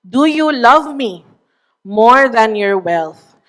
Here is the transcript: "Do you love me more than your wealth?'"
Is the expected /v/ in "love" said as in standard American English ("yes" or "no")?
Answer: yes